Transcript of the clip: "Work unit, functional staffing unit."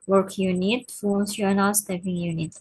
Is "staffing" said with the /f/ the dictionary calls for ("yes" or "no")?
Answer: no